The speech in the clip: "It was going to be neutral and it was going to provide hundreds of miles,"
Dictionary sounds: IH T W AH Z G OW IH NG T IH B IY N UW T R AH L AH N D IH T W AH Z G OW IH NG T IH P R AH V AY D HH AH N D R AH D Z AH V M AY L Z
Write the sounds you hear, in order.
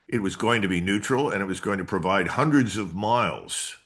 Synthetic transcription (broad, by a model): IH T W AH Z G OW IH NG T IH B IY N UW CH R L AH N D IH T W AH Z G OW IH NG T IH P R AH V AY D HH AH N D R AH D Z AH V M AY L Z